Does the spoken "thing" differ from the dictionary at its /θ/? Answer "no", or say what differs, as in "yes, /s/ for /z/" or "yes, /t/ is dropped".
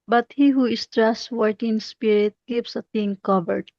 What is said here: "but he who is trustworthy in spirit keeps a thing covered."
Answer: yes, /t/ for /θ/